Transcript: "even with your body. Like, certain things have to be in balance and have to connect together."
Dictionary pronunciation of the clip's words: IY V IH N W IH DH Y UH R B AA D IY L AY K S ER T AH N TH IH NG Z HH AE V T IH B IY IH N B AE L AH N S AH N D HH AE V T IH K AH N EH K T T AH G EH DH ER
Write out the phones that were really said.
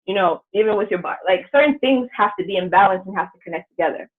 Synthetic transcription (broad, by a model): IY V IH N W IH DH Y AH R B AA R L AY K S ER T N TH IH NG Z HH AE F T IH B IY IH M B AE L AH N S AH N HH AE F T IH K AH N EH K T T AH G EH DH ER